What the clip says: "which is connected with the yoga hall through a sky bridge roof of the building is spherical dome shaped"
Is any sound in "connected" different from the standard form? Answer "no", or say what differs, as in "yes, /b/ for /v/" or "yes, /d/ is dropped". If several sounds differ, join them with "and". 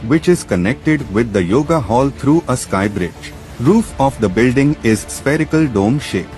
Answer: no